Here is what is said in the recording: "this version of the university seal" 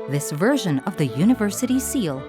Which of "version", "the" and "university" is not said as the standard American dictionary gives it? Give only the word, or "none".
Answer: none